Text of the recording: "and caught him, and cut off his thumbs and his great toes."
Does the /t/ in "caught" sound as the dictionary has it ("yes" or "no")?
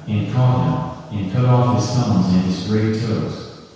no